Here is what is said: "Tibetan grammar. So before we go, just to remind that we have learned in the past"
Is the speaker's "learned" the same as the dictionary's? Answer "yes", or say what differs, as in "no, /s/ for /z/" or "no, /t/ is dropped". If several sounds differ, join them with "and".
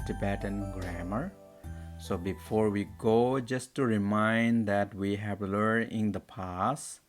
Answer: no, /d/ is dropped